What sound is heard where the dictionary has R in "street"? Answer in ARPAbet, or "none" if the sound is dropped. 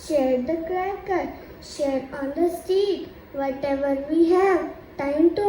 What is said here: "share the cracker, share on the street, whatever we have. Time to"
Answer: none